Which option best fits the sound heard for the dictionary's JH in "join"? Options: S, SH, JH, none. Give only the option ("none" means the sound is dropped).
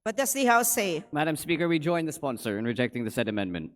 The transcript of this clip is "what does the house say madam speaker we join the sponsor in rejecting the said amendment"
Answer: JH